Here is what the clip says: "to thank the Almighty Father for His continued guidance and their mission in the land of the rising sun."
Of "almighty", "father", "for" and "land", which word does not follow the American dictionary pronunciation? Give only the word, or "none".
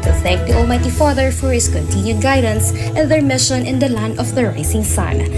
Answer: none